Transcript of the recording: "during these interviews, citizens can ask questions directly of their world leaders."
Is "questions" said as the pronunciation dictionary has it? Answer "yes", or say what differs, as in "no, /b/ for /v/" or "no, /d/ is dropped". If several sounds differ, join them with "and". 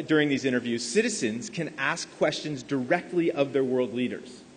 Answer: yes